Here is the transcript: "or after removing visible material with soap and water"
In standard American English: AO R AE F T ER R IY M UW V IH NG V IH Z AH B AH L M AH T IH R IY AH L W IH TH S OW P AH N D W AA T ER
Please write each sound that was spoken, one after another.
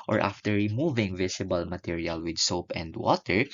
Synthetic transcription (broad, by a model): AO R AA F T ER R IY M UW V IH NG V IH S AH B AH L M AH T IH R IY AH L W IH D S OW P AH N D W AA T ER